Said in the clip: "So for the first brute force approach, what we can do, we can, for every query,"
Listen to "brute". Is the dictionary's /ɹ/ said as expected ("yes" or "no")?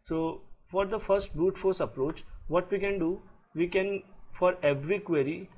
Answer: no